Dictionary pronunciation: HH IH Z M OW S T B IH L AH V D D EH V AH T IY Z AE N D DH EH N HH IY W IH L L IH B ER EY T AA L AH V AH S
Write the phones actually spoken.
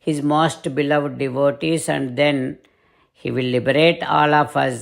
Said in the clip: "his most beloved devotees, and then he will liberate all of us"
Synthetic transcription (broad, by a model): HH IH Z M OW S T B IH L AH V D D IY V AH T IY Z AE N D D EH N HH IY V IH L L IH B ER EY T AA L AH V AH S